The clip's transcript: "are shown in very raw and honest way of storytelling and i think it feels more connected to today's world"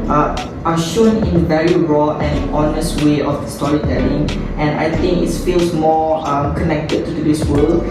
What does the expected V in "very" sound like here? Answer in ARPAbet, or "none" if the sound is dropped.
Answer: V